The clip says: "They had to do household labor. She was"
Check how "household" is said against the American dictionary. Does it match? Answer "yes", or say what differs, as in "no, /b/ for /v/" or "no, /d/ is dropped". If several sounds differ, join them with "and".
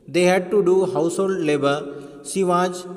yes